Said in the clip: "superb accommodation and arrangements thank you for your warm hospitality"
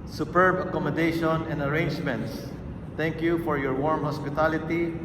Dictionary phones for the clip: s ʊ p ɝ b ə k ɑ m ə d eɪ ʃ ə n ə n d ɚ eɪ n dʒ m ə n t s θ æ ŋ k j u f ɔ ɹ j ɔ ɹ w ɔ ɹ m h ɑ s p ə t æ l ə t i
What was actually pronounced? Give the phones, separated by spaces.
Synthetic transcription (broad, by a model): s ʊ p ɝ b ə k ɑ m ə d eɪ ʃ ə n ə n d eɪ n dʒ m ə n t s t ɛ ŋ k j u f ɔ ɹ j ɔ ɹ w ɔ ɹ m h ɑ s p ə t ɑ l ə t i